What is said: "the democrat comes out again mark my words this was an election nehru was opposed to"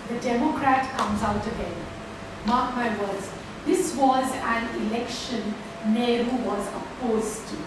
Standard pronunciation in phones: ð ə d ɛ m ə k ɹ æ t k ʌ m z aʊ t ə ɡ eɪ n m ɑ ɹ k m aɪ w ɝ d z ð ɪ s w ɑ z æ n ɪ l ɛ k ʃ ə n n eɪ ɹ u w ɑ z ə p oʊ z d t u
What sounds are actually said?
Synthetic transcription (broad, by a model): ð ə d ɛ m ə k ɹ æ t k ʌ m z aʊ t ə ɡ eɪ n m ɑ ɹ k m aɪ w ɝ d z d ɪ s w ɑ z æ n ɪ l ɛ k ʃ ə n n eɪ ɹ u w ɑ z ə p oʊ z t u